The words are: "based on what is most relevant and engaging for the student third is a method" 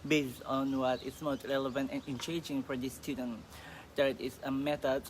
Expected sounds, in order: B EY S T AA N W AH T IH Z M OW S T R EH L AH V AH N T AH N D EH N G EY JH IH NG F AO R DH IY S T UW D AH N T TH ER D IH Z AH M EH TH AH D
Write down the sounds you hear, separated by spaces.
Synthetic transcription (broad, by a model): B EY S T AA N W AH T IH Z M OW S T R EH L AH V AH N T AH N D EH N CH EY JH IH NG F AO R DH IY S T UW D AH N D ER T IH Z AH M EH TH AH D